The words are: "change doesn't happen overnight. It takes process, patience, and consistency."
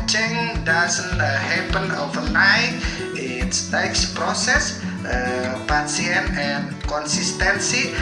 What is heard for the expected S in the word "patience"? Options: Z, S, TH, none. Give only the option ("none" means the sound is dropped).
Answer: none